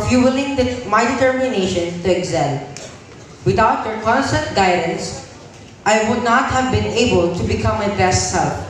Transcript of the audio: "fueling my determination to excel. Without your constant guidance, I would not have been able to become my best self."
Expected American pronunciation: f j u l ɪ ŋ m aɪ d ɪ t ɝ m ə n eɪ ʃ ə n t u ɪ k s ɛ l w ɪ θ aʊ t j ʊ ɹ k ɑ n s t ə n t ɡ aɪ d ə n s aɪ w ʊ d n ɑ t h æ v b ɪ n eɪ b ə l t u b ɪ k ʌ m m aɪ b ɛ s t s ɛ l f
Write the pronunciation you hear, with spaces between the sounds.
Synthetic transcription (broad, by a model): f j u l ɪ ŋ m aɪ d ɪ t ɝ m ə n eɪ ʃ ə n t u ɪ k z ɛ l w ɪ t aʊ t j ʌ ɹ k ɑ n s t ə n t ɡ aɪ d ə n s aɪ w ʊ d n ɑ t h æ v b ɪ n eɪ b ə l t u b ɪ k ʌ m m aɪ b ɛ s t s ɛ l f